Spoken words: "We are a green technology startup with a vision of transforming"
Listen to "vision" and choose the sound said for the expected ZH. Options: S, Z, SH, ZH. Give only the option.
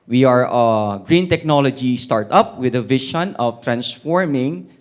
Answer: SH